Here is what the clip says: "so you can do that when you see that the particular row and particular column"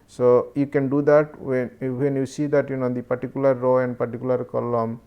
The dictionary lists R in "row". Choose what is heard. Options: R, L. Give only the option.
R